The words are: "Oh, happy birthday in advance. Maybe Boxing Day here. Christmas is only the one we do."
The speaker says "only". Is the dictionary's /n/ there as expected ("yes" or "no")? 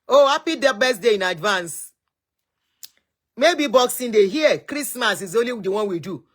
no